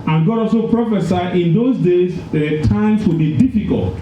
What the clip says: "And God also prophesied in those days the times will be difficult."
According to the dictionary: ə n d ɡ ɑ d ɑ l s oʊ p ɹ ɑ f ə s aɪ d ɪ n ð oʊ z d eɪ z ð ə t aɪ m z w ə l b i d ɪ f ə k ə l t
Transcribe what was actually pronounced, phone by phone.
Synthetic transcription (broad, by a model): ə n ɡ ɑ d ɑ l s oʊ p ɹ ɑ f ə s aɪ ɪ n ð oʊ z d eɪ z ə t aɪ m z w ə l b i d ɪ f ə k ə l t